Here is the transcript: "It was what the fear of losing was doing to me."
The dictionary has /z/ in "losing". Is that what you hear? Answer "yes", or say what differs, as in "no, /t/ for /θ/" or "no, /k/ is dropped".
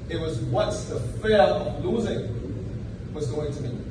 yes